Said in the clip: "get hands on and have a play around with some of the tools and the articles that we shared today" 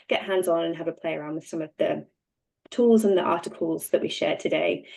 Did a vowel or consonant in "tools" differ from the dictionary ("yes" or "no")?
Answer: no